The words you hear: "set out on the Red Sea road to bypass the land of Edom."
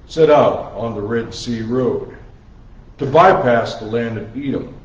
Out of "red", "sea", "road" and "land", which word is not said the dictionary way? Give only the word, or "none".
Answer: none